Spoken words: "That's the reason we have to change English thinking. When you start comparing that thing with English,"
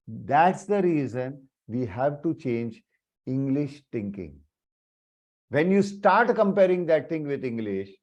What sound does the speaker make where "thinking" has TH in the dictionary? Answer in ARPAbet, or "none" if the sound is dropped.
T